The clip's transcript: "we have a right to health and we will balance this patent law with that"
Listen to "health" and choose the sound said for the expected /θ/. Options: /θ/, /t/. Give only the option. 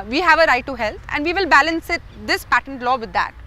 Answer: /t/